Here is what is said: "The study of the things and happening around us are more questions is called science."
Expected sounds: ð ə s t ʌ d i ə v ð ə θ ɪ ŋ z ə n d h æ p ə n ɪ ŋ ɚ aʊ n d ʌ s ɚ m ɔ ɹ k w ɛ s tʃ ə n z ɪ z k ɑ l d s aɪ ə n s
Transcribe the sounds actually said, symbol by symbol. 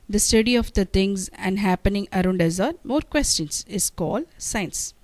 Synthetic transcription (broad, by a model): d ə s t ʌ d i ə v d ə t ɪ ŋ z ə n d h æ p ə n ɪ ŋ ɚ aʊ n d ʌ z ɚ m ɔ ɹ k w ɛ s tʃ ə n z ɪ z k ɑ l d s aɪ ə n s